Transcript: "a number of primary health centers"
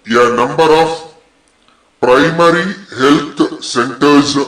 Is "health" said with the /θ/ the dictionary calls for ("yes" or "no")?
no